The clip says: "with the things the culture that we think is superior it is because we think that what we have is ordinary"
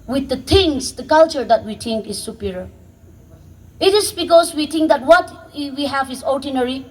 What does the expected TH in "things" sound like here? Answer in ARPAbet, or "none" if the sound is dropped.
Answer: T